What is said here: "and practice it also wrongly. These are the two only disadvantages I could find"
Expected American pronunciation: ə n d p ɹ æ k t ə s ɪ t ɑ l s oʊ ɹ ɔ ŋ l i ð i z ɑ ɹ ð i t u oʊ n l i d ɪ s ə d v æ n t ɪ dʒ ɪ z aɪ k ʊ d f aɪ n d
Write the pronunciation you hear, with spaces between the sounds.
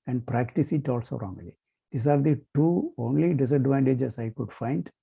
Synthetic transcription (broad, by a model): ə n d p ɹ æ k t ə s ɪ t ɑ l s oʊ ɹ ɔ ŋ l i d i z ɑ ɹ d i t u oʊ n l i d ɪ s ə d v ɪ n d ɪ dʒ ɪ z aɪ k ʊ d f aɪ n d